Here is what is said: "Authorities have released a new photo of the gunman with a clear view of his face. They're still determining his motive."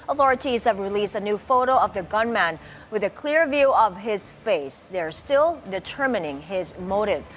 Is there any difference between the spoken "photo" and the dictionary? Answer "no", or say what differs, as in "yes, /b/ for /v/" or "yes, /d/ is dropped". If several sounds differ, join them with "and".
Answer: no